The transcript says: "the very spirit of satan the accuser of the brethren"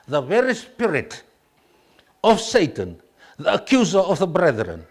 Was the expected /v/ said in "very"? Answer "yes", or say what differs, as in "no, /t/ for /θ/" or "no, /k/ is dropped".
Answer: yes